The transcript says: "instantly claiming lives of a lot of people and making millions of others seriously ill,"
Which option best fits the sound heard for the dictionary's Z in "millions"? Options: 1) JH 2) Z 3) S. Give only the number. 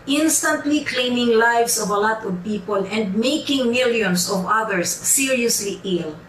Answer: 3